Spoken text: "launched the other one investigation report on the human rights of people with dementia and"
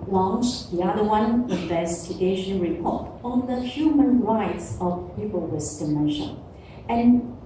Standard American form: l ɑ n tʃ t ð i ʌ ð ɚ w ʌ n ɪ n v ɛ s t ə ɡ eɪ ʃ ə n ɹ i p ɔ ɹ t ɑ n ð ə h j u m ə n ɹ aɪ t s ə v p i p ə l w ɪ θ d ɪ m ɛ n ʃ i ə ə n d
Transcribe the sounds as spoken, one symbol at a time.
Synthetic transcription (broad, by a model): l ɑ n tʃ ð i ʌ ð ɚ w ʌ n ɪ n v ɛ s t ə ɡ eɪ ʃ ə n ɹ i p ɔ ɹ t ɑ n ð ə h j u m ə n ɹ aɪ t s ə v p i p ə l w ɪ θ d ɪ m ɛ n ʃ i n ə n